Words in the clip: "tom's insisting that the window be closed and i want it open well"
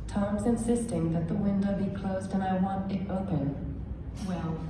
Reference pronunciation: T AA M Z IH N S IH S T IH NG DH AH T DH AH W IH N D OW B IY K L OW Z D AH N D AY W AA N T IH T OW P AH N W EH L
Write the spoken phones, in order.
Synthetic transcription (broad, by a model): T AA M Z IH N S IH S T IH NG DH AH T DH AH W IH N D OW B IY K L OW Z D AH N AY W AA N T IH T OW P AH N W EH L